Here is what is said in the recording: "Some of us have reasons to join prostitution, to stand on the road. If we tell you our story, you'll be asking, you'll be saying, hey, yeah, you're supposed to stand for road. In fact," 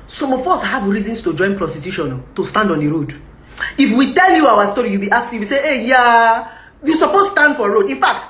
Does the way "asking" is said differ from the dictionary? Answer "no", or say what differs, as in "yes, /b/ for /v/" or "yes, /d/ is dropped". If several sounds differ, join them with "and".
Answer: yes, /s/ is dropped